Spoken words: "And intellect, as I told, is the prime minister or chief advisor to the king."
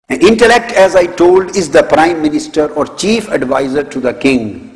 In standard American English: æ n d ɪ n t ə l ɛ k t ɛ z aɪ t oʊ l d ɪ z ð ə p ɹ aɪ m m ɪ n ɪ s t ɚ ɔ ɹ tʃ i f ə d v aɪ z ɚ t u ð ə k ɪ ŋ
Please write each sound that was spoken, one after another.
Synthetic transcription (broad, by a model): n ɪ n t ə l ɛ k t ɛ z aɪ t oʊ l d ɪ z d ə p ɹ aɪ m m ɪ n ɪ s t ɚ ɔ ɹ tʃ i f ə d v aɪ z ɚ t u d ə k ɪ ŋ